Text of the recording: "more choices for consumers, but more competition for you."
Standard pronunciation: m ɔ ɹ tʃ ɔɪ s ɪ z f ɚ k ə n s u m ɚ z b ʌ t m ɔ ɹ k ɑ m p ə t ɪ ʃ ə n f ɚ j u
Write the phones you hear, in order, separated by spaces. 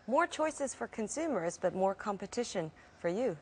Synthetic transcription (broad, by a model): m ɔ ɹ tʃ ɔɪ s ɪ z f ɚ k ə n s u m ɚ z b ʌ t m ɔ ɹ k ɑ m p ə t ɪ ʃ ə n f ɚ j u